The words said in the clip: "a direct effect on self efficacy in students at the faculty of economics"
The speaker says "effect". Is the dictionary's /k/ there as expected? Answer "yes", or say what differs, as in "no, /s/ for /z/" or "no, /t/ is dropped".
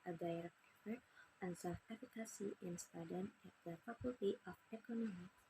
no, /k/ is dropped